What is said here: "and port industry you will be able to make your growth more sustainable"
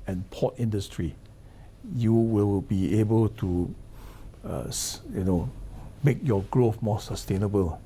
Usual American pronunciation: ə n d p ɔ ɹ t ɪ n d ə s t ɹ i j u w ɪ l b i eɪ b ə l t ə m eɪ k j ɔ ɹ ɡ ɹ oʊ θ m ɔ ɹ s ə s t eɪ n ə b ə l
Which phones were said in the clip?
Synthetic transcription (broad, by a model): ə n p ɔ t ɪ n d ə s t ɹ i j u w ɪ l b i eɪ b ə l t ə m eɪ k j ɔ ɡ ɹ oʊ f m ɔ s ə s t eɪ n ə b ə l